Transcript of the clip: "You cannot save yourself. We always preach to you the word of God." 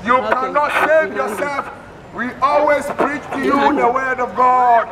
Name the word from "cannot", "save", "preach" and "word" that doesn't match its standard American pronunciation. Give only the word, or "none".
save